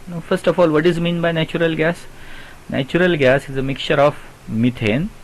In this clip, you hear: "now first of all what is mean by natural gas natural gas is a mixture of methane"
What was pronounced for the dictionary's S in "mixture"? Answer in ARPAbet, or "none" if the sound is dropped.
none